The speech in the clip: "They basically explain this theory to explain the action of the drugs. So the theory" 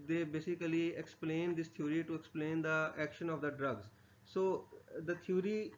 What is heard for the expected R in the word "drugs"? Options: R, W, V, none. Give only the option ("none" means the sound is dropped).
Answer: R